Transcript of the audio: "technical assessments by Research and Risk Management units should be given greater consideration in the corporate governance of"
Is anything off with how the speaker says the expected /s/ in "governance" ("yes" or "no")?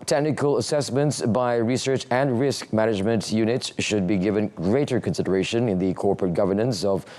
no